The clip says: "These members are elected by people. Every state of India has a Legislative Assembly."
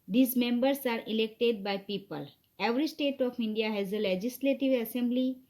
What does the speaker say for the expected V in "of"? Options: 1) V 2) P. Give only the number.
2